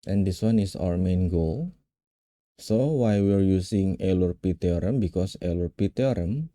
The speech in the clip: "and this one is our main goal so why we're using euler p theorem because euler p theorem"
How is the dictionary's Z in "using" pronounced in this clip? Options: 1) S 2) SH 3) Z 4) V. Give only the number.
1